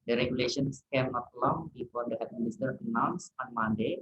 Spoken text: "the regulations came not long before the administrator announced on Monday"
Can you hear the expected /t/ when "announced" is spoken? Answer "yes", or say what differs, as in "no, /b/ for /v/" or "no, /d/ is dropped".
no, /t/ is dropped